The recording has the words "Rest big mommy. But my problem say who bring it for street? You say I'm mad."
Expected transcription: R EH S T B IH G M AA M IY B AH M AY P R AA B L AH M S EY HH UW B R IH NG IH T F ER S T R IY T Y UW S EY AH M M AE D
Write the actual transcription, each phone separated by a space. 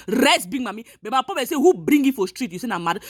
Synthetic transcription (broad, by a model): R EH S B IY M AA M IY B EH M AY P AA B AH S EY HH UW B R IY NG IH T F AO S T R IY T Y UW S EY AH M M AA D